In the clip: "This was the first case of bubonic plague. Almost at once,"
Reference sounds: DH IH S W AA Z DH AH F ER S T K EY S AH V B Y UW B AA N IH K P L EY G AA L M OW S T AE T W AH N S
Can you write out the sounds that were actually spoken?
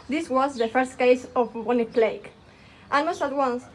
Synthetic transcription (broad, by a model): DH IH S W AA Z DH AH F ER S T K EY S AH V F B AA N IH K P L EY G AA N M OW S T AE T W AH N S